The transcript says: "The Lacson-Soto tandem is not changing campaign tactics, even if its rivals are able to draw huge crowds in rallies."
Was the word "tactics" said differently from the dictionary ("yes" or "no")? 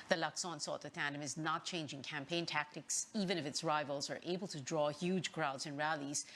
no